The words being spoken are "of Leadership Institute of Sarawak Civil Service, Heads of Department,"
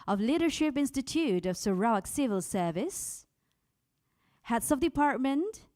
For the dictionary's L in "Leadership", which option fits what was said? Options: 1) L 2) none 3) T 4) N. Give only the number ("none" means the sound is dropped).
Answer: 1